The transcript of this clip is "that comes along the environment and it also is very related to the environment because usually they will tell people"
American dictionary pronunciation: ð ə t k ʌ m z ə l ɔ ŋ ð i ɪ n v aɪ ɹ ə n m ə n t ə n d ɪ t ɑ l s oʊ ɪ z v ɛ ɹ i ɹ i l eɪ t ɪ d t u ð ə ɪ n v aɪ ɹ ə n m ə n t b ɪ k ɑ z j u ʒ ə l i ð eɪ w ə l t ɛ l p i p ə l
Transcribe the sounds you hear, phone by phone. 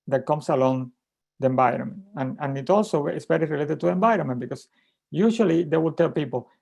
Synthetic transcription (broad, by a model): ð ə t k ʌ m s ə l ɔ ŋ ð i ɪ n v aɪ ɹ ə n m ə n ə n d ɪ t ɑ l s oʊ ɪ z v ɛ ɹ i ɹ i l eɪ t ɪ d t u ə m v aɪ ɹ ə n m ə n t b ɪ k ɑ s j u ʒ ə l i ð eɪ w ə l t ɛ l p i p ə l